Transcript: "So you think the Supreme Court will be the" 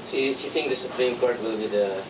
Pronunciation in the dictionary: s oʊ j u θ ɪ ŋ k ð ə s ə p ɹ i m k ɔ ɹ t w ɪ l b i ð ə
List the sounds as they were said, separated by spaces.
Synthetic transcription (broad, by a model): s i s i t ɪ ŋ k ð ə s ə p ɹ i m k ɔ ɹ t w ɪ l b i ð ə